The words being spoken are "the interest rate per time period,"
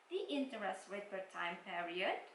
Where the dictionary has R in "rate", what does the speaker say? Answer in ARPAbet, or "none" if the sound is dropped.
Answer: W